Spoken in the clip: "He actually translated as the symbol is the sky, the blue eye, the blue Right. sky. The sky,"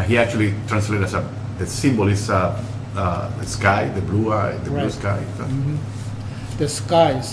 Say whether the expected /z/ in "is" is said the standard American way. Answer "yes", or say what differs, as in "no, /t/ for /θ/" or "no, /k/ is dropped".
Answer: no, /s/ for /z/